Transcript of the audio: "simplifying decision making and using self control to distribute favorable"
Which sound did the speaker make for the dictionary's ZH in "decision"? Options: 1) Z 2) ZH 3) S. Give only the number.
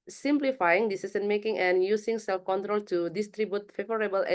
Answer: 3